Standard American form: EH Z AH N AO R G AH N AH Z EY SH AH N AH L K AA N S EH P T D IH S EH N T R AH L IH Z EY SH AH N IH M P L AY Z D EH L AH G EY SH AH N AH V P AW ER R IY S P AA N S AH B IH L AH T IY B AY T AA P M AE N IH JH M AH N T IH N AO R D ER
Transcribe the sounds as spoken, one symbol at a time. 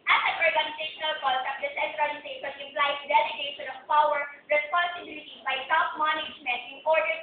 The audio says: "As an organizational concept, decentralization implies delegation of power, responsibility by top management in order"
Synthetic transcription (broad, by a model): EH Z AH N AO R G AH N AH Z EY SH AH N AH L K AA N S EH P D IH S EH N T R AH N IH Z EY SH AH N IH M P L AY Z D EH L AH G EY SH AH N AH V P AW ER R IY S P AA N S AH B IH L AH T IY B AY S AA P M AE N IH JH M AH N T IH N AO R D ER